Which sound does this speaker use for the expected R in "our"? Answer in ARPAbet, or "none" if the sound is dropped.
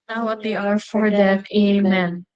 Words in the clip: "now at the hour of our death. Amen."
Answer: R